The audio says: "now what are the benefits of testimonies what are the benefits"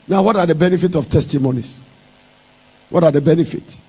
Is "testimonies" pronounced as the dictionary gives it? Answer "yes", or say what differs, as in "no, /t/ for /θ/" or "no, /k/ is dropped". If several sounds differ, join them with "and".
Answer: no, /s/ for /z/